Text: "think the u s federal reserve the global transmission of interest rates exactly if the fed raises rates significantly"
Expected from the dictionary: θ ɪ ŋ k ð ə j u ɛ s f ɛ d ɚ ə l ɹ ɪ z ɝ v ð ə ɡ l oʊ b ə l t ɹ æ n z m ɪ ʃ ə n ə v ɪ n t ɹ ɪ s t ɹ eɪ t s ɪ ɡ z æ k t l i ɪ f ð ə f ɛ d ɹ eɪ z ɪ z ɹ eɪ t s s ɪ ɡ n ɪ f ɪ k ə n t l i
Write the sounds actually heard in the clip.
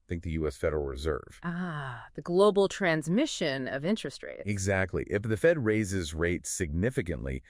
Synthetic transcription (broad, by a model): θ ɪ ŋ k ð ə j u ɛ s f ɛ d ɚ l ɹ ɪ z ɝ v ð ə ɡ l oʊ b l t ɹ æ n z m ɪ ʃ ə n ə v ɪ n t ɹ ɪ s t ɹ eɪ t ɪ ɡ z æ k t l i ɪ f ð ə f ɛ d ɹ eɪ z ɪ z ɹ eɪ t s s ɪ ɡ n ɪ f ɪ k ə n t l i